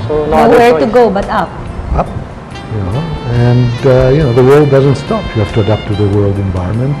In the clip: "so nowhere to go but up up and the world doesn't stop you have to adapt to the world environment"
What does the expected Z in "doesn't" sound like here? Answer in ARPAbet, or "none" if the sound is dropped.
Z